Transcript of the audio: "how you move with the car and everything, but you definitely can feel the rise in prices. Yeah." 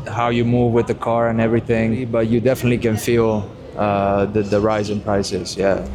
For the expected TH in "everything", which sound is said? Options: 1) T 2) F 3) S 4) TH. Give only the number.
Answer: 4